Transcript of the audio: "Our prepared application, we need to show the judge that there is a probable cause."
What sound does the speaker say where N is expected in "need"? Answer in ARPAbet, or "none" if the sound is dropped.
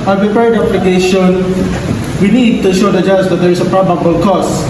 N